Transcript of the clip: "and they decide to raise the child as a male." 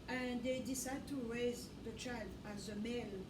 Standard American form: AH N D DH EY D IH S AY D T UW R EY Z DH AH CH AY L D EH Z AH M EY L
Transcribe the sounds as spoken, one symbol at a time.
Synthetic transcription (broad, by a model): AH N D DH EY D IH S AY D T UW R EY Z DH AH CH AY L D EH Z AH M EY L